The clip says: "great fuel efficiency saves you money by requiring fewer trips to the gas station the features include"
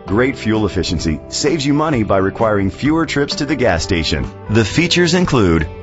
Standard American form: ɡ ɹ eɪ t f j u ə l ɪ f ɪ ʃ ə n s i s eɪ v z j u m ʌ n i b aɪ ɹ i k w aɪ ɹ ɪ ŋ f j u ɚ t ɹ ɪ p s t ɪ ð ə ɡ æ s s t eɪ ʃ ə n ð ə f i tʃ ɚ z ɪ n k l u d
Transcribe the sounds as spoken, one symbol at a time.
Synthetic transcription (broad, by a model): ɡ ɹ eɪ t f j u l ɪ f ɪ ʃ ə n s i s eɪ v z j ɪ m ʌ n i b aɪ ɹ i k w aɪ ɹ ɪ ŋ f j u ɚ t ɹ ɪ p s t ɪ ð ə ɡ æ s s t eɪ ʃ ə n ð ə f i tʃ ɚ z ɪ n k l u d